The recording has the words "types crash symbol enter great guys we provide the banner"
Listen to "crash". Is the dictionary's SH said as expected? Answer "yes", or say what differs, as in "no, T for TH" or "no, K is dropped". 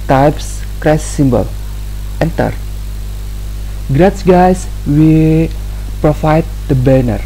no, S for SH